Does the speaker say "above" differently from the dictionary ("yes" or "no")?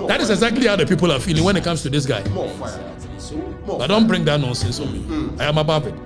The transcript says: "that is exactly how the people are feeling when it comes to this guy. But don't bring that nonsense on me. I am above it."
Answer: yes